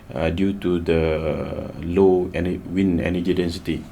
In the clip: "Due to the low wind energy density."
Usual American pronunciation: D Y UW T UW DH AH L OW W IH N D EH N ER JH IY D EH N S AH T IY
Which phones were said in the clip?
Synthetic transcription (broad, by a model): D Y UW T UW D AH L OW W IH N EH N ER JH IY D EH N S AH T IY